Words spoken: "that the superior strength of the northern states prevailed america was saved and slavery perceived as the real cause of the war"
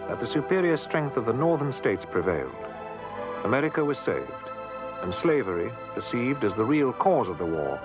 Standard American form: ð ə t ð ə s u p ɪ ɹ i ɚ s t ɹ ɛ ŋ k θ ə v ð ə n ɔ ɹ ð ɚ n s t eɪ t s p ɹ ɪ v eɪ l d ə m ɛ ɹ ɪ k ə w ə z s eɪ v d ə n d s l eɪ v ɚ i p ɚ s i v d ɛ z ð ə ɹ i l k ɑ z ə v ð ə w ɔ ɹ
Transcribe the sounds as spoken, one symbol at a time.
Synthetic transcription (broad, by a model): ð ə t ð ə s u p ɪ ɹ i ɚ s t ɹ ɛ ŋ k θ ə v ð ə n ɔ ɹ ð ɚ n s t eɪ t s p ɹ ɪ v eɪ l d ə m ɛ ɹ ɪ k ə w ə z s eɪ v d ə n s l eɪ v ɚ i p ɚ s i v d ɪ z ð ə ɹ i l k ɑ z ə v ð ə w ɔ ɹ